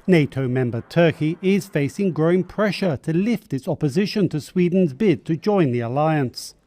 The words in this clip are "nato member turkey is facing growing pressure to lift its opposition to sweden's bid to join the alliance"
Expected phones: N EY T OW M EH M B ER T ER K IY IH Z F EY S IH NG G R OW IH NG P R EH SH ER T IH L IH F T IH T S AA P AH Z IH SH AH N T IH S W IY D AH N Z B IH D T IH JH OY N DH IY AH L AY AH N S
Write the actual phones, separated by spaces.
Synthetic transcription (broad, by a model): N EY T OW M EH M B ER T ER K IY IH Z F EY S IH NG G R OW IH NG P R EH SH ER T IH L IH F T IH T S AA P AH Z IH SH AH N T IH S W IY D N Z B IH D T IH JH OY N DH IY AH L AY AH N S